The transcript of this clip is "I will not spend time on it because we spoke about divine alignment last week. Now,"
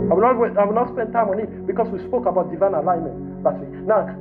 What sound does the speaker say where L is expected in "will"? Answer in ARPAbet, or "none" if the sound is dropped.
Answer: W